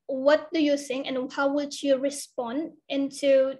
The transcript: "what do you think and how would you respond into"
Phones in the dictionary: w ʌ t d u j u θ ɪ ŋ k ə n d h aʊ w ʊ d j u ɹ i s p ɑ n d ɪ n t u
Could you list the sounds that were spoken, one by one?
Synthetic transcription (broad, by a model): w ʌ t d u j u s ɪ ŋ ə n h aʊ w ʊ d j u ɹ i s p ɑ n d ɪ n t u